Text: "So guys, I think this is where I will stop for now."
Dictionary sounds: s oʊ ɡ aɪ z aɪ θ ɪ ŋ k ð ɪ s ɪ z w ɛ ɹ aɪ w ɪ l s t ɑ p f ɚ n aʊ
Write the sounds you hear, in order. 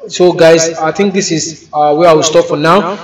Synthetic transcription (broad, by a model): s oʊ ɡ aɪ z aɪ t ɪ ŋ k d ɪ s ɪ z w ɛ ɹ aɪ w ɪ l s t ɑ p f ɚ n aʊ